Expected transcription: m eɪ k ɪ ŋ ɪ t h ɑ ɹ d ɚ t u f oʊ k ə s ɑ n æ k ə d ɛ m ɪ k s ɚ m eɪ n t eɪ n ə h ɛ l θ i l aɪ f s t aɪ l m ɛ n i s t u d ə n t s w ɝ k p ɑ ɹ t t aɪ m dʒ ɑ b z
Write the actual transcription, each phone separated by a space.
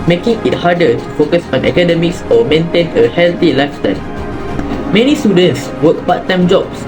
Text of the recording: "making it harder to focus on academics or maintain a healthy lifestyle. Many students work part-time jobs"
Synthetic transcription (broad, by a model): m eɪ k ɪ ŋ ɪ t h ɑ d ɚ t u f oʊ k ə s ɑ n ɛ k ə d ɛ m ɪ k s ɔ m eɪ n t eɪ n ə h ɛ l t i l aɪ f t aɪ n m ɛ n i s t u d ə n t s w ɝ k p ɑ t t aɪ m dʒ ɑ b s